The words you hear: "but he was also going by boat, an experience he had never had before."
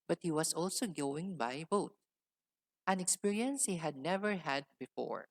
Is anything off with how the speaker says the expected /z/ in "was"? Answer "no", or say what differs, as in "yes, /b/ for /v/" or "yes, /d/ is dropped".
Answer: yes, /s/ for /z/